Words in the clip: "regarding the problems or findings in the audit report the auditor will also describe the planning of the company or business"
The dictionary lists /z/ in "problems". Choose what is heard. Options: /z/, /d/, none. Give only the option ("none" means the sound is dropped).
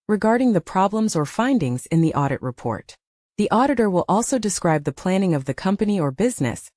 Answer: /z/